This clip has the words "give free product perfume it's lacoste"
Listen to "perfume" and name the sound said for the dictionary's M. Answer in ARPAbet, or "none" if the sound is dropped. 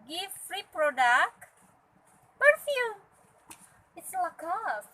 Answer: none